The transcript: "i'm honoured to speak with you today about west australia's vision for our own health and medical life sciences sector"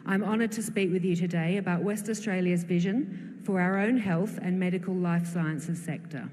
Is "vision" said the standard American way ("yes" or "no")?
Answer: yes